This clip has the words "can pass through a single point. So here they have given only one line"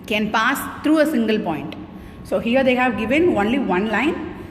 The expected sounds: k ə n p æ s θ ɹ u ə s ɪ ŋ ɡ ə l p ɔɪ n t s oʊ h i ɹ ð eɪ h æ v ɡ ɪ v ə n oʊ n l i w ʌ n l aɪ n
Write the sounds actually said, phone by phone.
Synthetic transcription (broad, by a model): k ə n p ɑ s t ɹ u ə s ɪ ŋ ɡ ə l p ɔɪ n t s oʊ h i ɹ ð eɪ h æ v ɡ ɪ v ə n oʊ n l i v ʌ n l aɪ n